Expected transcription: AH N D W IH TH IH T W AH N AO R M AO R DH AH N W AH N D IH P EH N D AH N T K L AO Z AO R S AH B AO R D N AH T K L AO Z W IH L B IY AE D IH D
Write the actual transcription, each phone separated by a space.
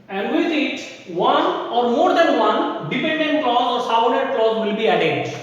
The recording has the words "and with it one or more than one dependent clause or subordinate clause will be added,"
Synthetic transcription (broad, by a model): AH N D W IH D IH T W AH N AO R M AO R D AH N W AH N D IH P EH N D AH N T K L AO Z AO R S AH UH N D AH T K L AO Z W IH L B IY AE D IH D